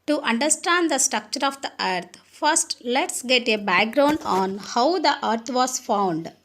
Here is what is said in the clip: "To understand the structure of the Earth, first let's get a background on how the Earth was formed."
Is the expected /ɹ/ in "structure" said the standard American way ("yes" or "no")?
yes